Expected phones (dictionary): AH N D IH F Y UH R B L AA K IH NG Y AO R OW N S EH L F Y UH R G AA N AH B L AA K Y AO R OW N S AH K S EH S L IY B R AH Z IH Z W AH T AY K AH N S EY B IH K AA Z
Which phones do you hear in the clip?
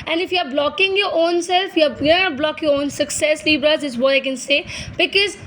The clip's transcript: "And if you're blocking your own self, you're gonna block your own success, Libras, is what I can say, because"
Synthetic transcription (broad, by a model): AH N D IH F Y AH R B L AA K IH NG Y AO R OW N S EH L F Y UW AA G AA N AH B L AA K Y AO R OW N S AH K S EH S L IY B R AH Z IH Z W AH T AY K AH N S EY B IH K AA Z